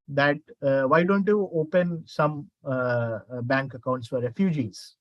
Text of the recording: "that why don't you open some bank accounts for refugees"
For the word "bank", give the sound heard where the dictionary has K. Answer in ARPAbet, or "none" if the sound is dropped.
K